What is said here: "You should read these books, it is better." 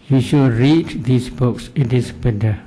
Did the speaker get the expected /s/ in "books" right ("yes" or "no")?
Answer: yes